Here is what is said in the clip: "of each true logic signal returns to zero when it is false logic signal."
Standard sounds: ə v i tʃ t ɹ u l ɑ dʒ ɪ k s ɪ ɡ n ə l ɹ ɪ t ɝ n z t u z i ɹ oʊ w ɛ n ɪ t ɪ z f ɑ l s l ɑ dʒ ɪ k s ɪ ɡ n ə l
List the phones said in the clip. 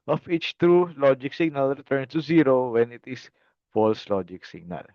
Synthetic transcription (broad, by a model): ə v i tʃ t ɹ u l ɑ dʒ ɪ k s ɪ ɡ n ə l ɹ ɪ t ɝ n t u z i ɹ oʊ w ɛ n ɪ t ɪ s f ɑ l s l ɑ dʒ ɪ k s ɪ ɡ n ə l